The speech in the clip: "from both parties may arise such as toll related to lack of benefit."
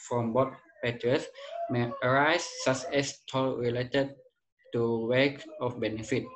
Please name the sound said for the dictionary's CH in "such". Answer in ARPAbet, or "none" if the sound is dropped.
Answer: S